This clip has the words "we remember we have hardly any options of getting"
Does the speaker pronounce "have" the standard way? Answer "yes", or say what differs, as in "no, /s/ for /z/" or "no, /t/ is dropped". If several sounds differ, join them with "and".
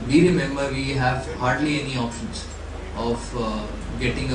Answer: yes